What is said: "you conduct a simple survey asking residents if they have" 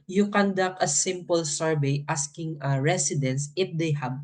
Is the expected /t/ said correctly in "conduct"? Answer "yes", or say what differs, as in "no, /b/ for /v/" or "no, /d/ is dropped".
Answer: no, /t/ is dropped